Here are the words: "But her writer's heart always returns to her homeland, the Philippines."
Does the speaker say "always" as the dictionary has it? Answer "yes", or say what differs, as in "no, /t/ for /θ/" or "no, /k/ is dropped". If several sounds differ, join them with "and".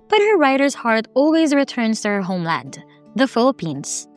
yes